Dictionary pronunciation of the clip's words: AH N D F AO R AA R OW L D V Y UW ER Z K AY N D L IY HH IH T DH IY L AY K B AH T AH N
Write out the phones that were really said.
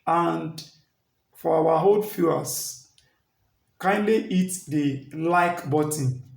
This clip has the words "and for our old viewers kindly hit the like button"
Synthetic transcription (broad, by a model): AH N D F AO W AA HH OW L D F Y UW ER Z K AY N D L IY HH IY T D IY L AY K B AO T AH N